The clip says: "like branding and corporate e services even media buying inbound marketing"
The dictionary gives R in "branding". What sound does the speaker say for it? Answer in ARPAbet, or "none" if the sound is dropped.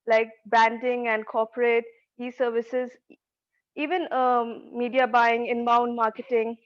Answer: none